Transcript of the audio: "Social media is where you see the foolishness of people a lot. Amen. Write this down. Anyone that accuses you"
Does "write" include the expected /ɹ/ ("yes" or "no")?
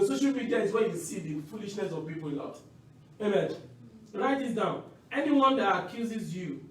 yes